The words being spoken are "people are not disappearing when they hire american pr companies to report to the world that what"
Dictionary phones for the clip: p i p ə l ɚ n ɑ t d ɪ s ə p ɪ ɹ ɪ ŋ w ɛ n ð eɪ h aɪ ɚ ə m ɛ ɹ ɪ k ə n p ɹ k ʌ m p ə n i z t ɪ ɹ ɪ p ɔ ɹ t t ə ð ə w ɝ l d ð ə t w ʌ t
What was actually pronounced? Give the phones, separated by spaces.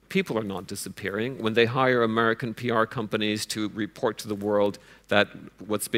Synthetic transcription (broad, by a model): p i p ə l ɚ n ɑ t d ɪ s ə p ɪ ɹ ɪ ŋ w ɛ n ð eɪ h aɪ ɚ ə m ɛ ɹ ɪ k ə n p ɹ k ʌ m p ə n i z t ɪ ɹ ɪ p ɔ ɹ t t ə ð ə w ɝ l d ð ə t w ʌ t